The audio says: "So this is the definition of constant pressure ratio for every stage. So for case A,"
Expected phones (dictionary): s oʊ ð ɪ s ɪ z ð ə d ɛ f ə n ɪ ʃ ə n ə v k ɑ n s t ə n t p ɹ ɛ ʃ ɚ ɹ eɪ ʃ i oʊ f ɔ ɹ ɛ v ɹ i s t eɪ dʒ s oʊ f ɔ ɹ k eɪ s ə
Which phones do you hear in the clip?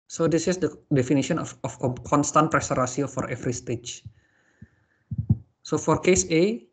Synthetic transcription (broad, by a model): s oʊ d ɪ s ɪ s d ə d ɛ f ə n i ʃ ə n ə f k ɑ n s t ə n t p ɹ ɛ s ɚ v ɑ s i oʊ f ɔ ɹ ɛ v ɹ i s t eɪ tʃ s oʊ f ɔ ɹ k eɪ s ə